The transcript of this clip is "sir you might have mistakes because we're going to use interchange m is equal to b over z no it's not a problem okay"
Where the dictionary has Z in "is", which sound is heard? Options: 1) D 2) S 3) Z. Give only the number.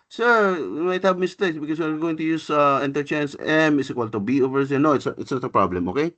2